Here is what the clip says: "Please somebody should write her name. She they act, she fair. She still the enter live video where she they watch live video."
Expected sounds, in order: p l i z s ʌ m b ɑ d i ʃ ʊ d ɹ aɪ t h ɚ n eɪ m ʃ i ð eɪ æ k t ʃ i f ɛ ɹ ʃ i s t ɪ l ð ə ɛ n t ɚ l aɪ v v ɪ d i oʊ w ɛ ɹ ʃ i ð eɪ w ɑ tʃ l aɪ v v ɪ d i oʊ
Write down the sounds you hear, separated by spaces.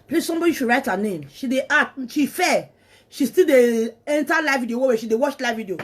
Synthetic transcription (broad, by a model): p l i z s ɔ m b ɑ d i ʃ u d ɹ aɪ t h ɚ n eɪ m ʃ i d eɪ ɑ t ʃ i f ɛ ʃ i s t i l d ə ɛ n t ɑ l aɪ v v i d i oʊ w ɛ w ʃ i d eɪ w ɑ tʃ l aɪ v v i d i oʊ